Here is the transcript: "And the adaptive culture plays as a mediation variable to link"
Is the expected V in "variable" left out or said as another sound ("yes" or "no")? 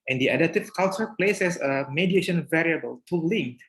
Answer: no